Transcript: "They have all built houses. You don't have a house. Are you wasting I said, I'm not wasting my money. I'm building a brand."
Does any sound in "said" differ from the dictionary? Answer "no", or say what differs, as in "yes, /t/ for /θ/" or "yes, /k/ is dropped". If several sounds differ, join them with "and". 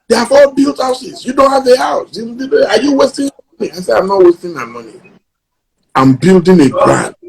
yes, /d/ is dropped